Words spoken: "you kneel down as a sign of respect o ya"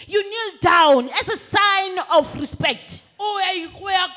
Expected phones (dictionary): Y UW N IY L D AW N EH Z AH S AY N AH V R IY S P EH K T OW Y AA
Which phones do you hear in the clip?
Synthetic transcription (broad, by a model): Y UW N IY L D AW N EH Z AH S AY N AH F R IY S P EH K T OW Y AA